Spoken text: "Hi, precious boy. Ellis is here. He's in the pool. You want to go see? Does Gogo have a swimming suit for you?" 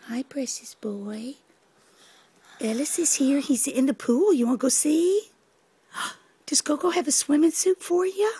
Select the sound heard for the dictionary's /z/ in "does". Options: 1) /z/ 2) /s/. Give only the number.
2